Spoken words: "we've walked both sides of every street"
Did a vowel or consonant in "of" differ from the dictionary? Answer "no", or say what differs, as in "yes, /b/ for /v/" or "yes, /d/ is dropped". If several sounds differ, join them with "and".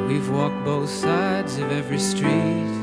no